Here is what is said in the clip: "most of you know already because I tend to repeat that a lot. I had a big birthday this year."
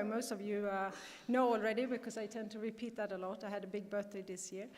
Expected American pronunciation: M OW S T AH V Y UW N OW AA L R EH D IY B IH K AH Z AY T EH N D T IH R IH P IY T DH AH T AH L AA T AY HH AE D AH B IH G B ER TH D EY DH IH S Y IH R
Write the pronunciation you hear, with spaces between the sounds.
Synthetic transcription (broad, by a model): M OW S T AH V Y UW N OW AA L R EH D IY B IH K AH Z AY T EH N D T IH R IH P IY T DH AH T AH L AA T AY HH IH D AH B IH G B ER TH D EY DH IH S Y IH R